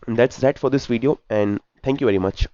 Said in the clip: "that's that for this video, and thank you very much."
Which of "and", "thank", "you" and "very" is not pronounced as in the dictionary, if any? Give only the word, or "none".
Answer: thank